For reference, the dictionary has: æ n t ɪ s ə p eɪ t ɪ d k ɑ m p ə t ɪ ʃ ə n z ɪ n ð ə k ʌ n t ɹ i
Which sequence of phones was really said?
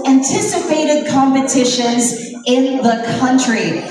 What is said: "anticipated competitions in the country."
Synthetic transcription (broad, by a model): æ n t ɪ s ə p eɪ t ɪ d k ɑ m p ə t ɪ ʃ ə n z ɪ n ð ə k ʌ n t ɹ i